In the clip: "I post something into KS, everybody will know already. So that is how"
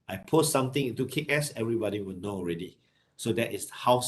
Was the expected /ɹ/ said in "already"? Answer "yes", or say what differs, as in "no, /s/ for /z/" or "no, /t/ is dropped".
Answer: yes